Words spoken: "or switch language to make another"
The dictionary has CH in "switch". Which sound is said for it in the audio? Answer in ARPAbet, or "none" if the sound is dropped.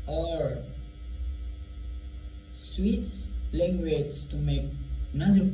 S